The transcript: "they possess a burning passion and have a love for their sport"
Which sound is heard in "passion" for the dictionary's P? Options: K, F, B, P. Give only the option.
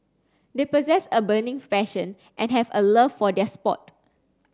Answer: F